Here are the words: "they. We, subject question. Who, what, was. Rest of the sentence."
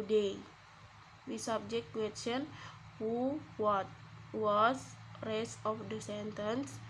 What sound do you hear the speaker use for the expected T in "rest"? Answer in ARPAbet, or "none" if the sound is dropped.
none